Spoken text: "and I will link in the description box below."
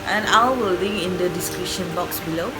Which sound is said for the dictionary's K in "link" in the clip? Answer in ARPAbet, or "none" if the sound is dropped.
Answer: none